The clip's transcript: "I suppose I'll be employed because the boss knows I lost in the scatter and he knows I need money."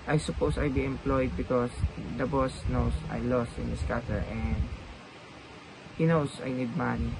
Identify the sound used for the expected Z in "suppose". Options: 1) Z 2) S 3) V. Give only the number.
2